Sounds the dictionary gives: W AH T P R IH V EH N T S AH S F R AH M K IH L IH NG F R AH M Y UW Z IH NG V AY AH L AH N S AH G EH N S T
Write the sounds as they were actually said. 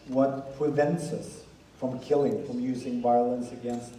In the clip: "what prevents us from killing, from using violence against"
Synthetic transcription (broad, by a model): W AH T P R IH V EH N T S AH S F R AH M K IH L IH NG F R AH M Y UW Z IH NG V AY AH L AH N S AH G EH N S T